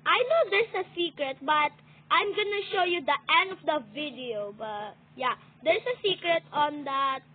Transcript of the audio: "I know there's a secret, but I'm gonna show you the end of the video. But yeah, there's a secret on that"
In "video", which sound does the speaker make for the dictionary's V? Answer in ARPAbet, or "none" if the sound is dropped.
V